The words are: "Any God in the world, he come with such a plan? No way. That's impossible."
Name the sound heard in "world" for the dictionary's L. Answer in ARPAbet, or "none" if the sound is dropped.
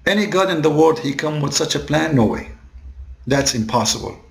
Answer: none